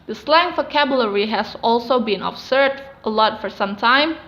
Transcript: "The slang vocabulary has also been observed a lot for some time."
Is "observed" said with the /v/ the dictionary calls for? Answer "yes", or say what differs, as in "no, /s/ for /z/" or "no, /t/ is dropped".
no, /v/ is dropped